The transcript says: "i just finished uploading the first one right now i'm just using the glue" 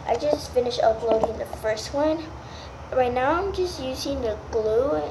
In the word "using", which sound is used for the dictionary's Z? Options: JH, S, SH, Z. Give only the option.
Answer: Z